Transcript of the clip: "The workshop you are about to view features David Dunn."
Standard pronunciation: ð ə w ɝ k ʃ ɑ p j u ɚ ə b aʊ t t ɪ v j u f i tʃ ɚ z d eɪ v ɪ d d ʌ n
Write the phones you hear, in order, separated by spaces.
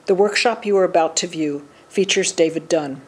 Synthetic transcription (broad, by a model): ð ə w ɝ k ʃ ɑ p j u ɚ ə b aʊ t t ɪ v j u f i tʃ ɚ z d eɪ v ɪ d d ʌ n